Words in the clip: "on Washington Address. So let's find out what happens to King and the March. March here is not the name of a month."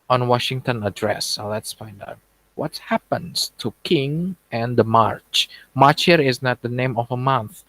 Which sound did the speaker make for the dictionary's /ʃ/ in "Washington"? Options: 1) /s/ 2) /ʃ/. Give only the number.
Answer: 2